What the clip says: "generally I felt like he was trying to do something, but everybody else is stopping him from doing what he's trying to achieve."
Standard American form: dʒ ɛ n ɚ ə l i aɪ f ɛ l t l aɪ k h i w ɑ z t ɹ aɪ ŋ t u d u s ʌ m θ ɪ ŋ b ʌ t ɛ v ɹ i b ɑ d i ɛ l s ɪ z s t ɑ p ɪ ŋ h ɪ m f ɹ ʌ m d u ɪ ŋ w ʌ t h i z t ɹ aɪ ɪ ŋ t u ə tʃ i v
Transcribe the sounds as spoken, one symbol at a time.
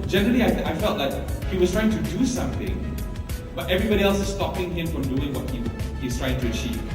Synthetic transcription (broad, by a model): dʒ ɛ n ɚ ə l i aɪ f ɛ l t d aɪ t h i w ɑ s t ɹ aɪ ŋ t u d u s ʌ m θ ɪ ŋ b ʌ t ɛ v ɹ i b ɑ d i ɛ l s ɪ s t ɑ p ɪ ŋ h ɪ m f ɹ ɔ m d u ɪ ŋ w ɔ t h i s t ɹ aɪ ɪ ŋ t u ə tʃ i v